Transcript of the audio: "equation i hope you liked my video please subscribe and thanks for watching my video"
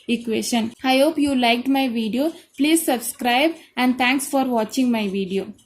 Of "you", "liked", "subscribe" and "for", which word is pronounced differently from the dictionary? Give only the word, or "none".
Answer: none